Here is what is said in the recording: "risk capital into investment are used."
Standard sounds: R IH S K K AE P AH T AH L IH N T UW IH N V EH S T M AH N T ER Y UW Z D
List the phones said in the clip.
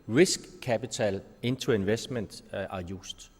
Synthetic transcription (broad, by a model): R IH S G K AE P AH S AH L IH N S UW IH N V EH S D M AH N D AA Y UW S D